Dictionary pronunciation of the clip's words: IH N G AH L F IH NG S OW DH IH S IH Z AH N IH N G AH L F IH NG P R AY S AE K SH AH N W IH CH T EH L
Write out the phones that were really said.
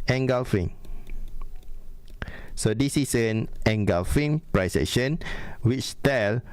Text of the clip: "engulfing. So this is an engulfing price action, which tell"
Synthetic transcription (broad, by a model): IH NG G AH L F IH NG S OW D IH S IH S AH N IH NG G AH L F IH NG P R AY S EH SH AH N W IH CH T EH L